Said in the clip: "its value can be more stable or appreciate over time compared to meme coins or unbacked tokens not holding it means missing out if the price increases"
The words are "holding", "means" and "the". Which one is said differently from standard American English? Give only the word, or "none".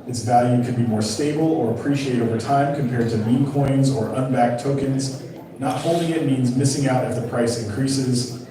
none